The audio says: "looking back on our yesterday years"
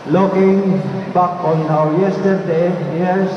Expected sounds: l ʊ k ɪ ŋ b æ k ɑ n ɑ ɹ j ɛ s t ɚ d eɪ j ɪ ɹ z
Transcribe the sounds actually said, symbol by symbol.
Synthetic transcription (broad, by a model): l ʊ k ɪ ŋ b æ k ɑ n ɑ w j ɛ s t ɚ d eɪ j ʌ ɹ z